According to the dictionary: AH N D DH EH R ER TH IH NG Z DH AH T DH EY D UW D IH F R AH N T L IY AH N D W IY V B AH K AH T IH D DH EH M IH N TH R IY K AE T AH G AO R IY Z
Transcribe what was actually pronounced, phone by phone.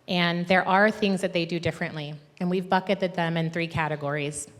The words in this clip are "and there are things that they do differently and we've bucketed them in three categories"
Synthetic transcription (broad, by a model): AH N DH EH R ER TH IH NG Z DH AH T DH EY D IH D IH F R AH N T L IY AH N W IY V B AH K AH T IH D DH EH M IH N TH R IY K AE T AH G AO R IY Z